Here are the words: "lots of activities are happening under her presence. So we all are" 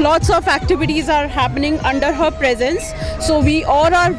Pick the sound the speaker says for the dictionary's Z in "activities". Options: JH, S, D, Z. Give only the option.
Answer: Z